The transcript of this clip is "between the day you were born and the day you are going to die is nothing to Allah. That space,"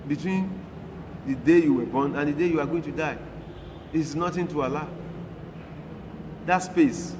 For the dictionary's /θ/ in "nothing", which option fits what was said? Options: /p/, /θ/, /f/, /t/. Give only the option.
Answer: /t/